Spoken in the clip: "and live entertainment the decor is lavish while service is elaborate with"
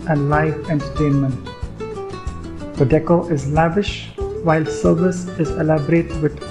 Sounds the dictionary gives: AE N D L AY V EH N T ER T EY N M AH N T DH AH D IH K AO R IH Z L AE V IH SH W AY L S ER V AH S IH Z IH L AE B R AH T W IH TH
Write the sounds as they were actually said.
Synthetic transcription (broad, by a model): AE N D L AY F EH N T ER T EY N M AH N T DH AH D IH K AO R IH Z L AE V IH SH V AY L S ER V AH S IH Z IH L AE B R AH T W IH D